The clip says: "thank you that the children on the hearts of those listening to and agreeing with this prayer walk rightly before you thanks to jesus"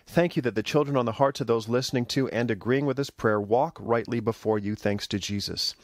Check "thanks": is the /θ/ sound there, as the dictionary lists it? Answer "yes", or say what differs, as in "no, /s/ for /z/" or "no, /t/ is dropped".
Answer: yes